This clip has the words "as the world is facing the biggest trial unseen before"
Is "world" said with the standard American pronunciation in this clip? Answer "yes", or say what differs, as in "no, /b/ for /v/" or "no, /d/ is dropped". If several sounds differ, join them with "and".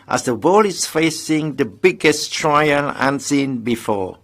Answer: no, /d/ is dropped